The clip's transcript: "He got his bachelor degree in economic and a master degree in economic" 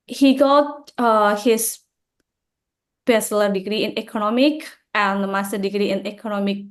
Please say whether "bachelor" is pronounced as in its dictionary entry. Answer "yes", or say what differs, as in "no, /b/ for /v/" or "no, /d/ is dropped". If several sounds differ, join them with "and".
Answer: no, /s/ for /tʃ/